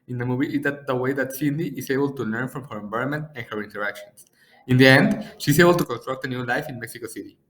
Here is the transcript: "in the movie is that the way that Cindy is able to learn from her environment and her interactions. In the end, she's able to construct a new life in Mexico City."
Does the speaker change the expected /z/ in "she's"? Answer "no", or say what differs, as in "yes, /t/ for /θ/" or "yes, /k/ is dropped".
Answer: yes, /s/ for /z/